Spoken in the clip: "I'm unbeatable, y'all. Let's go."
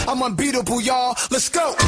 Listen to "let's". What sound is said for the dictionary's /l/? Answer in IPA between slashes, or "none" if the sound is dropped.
/l/